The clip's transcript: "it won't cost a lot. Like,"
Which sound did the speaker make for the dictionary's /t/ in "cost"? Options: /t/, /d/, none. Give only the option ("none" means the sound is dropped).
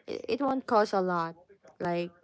none